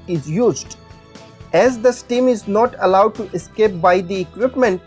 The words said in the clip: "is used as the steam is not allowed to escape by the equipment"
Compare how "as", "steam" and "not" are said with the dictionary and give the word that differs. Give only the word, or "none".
none